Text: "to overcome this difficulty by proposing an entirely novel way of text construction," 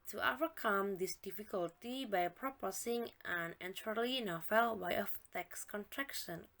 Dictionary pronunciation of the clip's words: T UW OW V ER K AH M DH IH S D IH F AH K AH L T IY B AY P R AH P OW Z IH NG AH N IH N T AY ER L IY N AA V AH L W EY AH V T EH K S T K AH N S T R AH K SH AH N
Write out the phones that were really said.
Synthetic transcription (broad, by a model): T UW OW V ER K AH M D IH S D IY F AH K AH L T IY B AY P R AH P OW S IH NG AH N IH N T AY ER L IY N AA F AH L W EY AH F T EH K S K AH N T R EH K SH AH N